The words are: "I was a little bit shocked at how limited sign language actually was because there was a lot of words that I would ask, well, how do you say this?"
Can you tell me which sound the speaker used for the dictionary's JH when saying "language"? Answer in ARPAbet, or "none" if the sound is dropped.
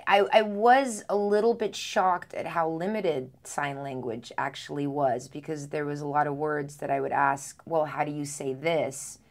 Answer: JH